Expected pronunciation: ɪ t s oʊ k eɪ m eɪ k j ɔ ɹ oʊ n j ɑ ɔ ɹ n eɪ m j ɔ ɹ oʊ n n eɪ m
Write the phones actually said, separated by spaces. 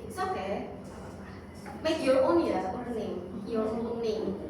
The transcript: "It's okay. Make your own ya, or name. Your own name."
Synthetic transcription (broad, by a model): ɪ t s oʊ k eɪ m eɪ k j ɔ ɹ oʊ n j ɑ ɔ l n eɪ m j ɔ ɹ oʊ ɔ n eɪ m